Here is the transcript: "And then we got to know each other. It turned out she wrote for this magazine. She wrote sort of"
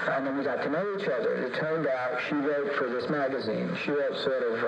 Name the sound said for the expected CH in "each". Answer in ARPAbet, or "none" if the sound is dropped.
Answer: CH